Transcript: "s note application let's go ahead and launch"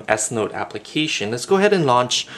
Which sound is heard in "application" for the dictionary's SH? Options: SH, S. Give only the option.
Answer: SH